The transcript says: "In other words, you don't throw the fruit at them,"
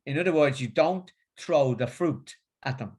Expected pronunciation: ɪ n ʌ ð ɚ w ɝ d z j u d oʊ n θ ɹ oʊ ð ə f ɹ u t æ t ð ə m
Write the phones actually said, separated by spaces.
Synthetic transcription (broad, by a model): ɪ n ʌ ð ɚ w ɝ d z j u d oʊ n θ ɹ oʊ ð ə f ɹ u t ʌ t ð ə m